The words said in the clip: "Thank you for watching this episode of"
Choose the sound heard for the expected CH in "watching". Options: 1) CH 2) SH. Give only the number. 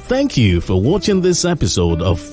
1